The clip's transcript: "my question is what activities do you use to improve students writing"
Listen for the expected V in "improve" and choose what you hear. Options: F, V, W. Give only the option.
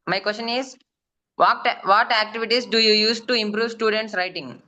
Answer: V